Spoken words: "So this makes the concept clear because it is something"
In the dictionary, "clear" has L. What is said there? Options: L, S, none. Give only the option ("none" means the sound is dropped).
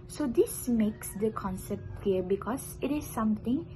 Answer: none